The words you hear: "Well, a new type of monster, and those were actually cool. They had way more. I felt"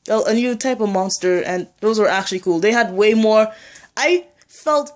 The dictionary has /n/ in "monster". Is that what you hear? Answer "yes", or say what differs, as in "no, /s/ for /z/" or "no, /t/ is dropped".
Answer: yes